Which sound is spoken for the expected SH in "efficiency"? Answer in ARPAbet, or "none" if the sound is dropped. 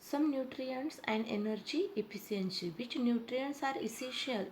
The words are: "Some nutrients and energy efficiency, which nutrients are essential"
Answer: S